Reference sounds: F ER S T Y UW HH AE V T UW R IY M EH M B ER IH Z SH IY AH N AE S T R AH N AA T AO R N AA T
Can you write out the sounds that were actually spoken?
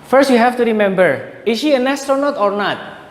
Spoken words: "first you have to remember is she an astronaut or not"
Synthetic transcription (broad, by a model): F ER S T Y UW HH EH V T UW R IY M EH M B ER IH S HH IY AH N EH S T R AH N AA T AO R N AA T